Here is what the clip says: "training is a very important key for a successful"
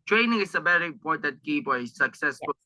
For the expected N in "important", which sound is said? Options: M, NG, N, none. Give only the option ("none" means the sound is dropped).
none